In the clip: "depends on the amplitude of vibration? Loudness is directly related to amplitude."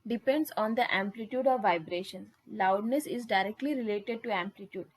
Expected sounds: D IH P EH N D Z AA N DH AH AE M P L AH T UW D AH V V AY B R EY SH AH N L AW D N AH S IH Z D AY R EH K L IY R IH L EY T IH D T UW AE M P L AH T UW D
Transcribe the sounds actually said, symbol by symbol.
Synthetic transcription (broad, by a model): D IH P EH N D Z AA N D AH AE M P L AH T UW D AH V V AY B R EY SH AH N L AW D N AH S IH Z D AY R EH K L IY R IH L EY T IH D T UW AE M P L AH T UW D